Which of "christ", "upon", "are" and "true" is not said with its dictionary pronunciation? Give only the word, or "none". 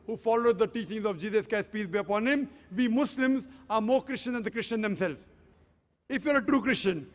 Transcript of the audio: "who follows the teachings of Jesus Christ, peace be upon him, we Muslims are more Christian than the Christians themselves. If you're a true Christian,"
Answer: christ